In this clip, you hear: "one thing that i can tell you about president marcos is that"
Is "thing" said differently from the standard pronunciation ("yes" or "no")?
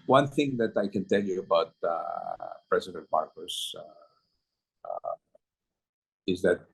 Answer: no